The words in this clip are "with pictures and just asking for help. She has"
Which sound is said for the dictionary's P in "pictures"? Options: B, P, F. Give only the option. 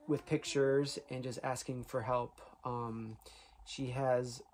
P